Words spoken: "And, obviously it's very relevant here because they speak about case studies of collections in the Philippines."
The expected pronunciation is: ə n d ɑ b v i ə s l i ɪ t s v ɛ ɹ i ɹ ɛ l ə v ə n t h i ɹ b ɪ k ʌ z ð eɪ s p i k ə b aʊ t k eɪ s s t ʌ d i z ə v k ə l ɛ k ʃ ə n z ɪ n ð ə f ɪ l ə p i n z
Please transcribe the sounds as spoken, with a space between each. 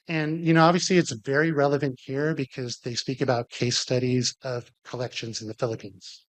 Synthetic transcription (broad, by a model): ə n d ɑ b v i ə s l i ɪ t s v ɛ ɹ i ɹ ɛ l ə v ə n t h i ɹ b ɪ k ʌ z ð eɪ s p i k ə b aʊ t k eɪ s s t ʌ d i z ə v k ə l ɛ k ʃ ə n z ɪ n ð ə f ɪ l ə p i n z